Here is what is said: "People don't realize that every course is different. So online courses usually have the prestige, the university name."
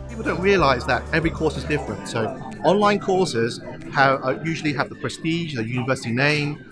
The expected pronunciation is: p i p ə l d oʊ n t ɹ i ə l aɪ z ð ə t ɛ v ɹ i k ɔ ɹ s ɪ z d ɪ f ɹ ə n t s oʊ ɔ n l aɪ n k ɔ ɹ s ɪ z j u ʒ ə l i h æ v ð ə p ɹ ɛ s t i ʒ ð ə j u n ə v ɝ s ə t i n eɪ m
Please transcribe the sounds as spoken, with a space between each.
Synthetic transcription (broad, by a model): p i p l d oʊ n t ɹ i ə l aɪ z ð ə t ɛ v ɹ i k ɔ s ɪ z d ɪ f ɹ ə n t s oʊ ɔ n l aɪ n k ɔ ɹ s ɪ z j u ʒ ə l i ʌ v ð ə p ɹ ɛ s t i ʒ ð ə j u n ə v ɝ s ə t i n eɪ m